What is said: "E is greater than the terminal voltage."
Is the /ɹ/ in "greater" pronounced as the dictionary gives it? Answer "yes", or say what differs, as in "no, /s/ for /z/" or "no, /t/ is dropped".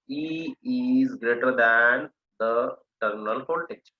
yes